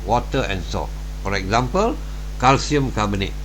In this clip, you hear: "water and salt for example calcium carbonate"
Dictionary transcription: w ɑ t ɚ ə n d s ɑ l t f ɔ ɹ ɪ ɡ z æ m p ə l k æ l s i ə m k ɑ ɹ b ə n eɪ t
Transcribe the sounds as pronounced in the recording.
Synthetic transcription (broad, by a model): w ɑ t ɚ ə n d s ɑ t f ɔ ɹ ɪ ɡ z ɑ m p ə l k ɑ l s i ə m k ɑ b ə n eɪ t